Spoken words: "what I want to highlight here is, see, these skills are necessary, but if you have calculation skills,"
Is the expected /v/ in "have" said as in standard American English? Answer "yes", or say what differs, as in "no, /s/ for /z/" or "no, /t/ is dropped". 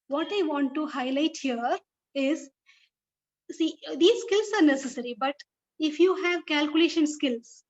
yes